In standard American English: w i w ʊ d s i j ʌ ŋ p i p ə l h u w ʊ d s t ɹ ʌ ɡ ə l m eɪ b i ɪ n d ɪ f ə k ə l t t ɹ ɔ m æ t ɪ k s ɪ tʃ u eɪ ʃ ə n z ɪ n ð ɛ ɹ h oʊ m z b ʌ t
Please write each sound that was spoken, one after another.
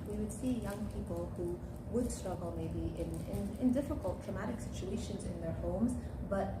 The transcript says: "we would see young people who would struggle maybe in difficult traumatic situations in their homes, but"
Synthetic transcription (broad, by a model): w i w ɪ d s i j ʌ ŋ p i p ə l h u w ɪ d s t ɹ ʌ ɡ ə l m eɪ b i ɪ n d ɪ f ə k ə l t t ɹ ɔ m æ t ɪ k s ɪ tʃ u eɪ ʃ ə n z ɪ n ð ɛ ɹ h oʊ m z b ʌ t